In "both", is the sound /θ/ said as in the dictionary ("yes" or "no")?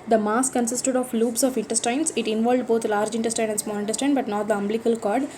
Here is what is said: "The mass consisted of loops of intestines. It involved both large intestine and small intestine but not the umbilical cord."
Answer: no